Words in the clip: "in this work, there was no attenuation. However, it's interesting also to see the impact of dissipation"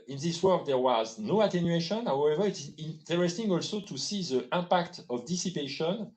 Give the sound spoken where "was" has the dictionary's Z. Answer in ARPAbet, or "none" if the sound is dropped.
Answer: Z